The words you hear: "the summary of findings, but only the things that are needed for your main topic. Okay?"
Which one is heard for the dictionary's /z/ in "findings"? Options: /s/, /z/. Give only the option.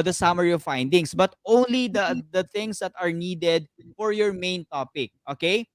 /s/